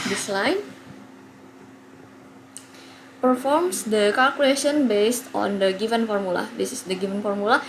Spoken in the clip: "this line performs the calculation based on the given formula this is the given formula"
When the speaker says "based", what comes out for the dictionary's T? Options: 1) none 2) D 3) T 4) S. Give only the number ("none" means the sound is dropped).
3